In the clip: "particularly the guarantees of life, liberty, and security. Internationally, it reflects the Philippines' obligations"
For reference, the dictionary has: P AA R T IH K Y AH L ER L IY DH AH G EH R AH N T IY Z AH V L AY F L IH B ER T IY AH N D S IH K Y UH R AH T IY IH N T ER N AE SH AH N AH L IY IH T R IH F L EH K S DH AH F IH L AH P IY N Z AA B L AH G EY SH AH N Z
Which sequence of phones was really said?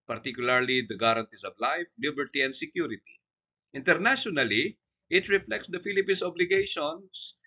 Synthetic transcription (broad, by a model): P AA R T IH K Y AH L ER L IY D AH G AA R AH N T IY S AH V L AY F L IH B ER T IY AH N D S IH K Y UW R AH T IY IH N T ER N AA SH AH N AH L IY IH T R IH F L EH K S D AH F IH L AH P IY N S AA B L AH G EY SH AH N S